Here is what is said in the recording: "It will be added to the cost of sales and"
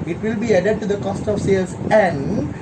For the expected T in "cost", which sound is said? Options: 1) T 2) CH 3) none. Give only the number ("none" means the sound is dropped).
1